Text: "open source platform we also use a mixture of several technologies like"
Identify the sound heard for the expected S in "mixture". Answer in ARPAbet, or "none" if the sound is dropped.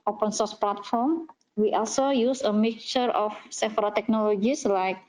none